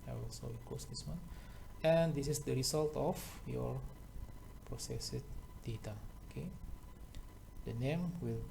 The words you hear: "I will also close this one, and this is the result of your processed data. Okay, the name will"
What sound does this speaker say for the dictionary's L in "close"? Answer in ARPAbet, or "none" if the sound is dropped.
none